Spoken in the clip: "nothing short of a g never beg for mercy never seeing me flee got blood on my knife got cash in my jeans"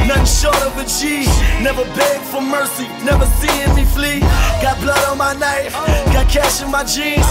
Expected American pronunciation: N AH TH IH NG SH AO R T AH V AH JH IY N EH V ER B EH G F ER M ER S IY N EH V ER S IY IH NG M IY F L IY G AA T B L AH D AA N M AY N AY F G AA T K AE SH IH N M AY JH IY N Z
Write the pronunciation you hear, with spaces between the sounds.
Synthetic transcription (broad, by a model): N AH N SH AO R T AH V AH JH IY N EH V ER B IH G F ER M ER S IY N EH V ER S IY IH M IY F L IY G AA T B L AH D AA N M AY N AY F G AA T K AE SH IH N M AY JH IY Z